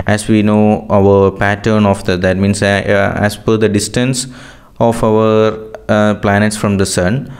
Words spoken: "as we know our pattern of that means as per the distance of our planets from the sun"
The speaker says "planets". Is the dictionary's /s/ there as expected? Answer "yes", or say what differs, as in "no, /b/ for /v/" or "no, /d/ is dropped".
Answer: yes